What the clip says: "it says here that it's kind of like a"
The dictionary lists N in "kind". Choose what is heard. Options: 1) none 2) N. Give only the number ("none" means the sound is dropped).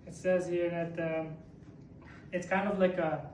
2